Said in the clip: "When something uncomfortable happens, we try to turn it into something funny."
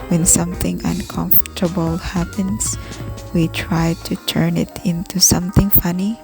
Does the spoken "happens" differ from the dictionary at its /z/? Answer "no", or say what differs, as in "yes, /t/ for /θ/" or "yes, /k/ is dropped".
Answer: yes, /s/ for /z/